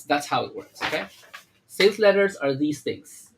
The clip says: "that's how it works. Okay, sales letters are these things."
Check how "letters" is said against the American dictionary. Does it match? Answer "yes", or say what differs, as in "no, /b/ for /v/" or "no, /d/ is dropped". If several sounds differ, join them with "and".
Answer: yes